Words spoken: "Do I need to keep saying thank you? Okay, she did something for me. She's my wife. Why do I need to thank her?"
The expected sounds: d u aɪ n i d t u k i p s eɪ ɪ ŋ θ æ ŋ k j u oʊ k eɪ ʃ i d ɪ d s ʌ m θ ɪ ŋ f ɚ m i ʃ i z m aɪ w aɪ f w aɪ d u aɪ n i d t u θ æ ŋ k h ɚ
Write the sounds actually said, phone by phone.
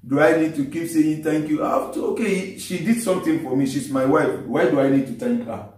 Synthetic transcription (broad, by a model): d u aɪ n i d t u k i p s eɪ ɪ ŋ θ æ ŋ k j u oʊ k eɪ ʃ i d ɪ d s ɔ m t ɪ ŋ f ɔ m i ʃ i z m aɪ w aɪ f w aɪ d u aɪ n i d t u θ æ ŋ k h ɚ